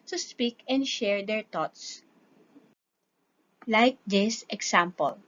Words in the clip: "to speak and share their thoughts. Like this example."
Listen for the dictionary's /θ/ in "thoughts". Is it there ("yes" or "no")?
no